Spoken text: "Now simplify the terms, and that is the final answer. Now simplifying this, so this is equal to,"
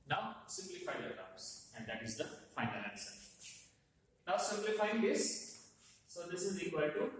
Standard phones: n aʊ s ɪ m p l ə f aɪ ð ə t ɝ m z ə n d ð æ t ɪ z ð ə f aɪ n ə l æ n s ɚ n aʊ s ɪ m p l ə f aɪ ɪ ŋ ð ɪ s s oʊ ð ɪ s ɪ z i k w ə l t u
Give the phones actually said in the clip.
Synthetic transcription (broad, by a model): n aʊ s ɪ m p l ə f aɪ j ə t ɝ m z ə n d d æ t ɪ z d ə f aɪ n ə l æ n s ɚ n aʊ s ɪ m p l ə f aɪ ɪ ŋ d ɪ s s oʊ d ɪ s ɪ z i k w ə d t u